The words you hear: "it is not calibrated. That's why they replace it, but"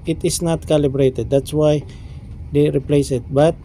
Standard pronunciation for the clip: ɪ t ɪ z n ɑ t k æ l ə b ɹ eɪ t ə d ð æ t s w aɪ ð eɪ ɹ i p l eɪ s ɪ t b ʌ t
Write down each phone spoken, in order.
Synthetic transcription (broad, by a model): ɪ t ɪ s n ɑ t k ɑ l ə b ɹ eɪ t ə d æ t s w aɪ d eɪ ɹ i p l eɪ s ɪ t b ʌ t